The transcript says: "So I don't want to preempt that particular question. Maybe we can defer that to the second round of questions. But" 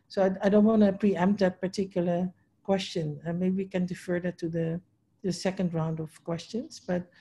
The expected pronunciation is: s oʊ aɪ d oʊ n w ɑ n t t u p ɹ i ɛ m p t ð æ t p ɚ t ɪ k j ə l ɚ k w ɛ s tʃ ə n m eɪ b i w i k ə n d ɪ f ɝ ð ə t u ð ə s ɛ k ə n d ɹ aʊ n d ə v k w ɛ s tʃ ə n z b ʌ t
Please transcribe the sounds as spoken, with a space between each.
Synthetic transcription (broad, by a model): s oʊ aɪ d oʊ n w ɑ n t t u p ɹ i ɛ m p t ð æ t p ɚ t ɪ k j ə l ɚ k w ɛ s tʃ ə n m eɪ b i w i k ə n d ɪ f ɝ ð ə t u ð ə s ɛ k ə n d ɹ aʊ n d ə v k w ɛ s tʃ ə n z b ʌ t